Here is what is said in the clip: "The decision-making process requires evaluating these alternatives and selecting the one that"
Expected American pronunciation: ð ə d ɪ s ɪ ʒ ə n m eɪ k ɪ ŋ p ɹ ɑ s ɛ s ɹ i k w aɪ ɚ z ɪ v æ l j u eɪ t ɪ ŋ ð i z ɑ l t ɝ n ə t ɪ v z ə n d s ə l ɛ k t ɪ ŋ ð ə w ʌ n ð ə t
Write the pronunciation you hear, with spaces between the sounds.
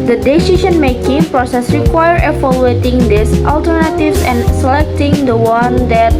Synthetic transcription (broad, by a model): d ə d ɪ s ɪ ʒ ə n m eɪ k ɪ ŋ p ɹ ɑ s ɛ s ɹ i k w aɪ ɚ ɪ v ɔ l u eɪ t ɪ ŋ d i s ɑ l t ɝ n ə t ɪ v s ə n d s ə l ɛ k t ɪ ŋ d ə w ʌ n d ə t